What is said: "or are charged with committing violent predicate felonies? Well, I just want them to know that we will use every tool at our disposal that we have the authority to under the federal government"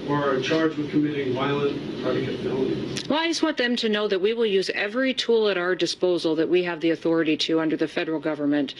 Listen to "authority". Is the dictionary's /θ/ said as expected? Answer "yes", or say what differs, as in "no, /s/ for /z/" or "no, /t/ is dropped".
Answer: yes